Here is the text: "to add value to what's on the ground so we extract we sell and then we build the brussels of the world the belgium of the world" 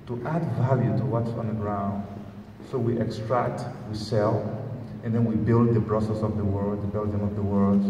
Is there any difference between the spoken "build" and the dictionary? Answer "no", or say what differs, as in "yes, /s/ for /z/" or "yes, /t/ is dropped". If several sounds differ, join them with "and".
no